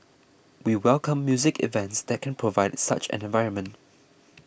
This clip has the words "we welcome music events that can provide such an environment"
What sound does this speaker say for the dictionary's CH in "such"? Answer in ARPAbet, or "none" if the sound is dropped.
CH